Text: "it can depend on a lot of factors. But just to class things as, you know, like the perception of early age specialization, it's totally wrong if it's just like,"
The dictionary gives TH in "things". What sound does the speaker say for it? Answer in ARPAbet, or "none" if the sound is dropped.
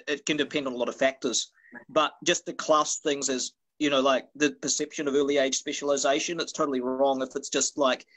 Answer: TH